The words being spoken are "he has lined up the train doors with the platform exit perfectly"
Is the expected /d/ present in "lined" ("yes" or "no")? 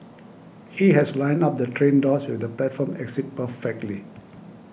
no